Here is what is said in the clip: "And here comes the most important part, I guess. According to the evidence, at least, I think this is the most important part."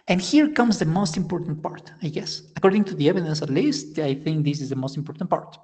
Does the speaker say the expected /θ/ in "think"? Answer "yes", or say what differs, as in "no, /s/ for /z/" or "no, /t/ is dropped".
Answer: yes